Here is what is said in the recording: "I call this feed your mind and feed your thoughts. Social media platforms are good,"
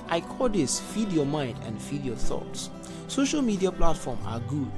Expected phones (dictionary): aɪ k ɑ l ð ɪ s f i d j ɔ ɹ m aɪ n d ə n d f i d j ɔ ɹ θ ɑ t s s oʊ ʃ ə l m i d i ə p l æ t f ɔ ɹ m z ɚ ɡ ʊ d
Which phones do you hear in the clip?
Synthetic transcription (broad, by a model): aɪ k ɑ l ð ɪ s f i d j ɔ m aɪ n d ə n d f i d j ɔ θ ɑ t s s oʊ ʃ ə l m i d i ə p l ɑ t f ɔ m ɑ ɡ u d